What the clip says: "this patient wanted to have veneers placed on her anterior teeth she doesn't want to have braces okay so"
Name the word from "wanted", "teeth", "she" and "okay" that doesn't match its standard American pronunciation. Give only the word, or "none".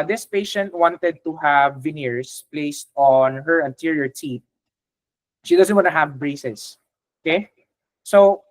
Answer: teeth